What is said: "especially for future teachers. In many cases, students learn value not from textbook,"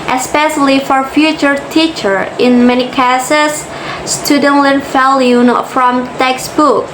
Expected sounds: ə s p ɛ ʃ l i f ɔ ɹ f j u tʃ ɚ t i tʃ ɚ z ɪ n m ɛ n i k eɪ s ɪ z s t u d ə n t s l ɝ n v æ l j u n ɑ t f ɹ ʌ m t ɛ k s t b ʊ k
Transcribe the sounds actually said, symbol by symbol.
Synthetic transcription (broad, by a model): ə s p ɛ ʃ l i f ɔ ɹ f j u tʃ ɚ t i tʃ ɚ ɪ n m ɛ n i k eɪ s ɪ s s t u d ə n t l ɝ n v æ l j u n f ɹ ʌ m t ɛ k s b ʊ k